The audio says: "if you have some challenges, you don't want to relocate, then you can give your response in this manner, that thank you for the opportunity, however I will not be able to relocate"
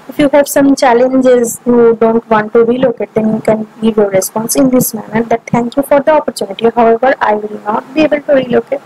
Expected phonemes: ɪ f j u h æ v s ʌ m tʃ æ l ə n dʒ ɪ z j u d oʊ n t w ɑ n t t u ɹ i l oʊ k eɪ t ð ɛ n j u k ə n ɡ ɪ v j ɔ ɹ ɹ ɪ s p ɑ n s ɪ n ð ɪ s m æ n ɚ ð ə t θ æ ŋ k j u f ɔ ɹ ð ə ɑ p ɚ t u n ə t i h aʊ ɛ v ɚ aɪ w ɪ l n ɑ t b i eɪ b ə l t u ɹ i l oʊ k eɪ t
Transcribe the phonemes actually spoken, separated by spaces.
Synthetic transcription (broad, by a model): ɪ f j u h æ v s ʌ m tʃ æ l ə n dʒ ɪ z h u d oʊ n t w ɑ n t t u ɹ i l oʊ k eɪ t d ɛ n j u k ə n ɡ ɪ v j ɔ ɹ ɹ ɪ s p ɑ n s ɪ n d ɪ s m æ n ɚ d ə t t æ ŋ k j u f ɔ ɹ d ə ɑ p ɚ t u n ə t i h aʊ ɛ v ɚ aɪ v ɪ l n ɑ t b i eɪ b ə l t u ɹ i l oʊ k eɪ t